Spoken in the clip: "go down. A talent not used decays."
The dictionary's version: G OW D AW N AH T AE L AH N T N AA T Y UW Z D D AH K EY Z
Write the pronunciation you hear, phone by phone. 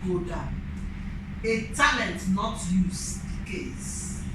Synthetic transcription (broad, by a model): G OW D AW AH T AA L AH N T N AA T Y UW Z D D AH K EY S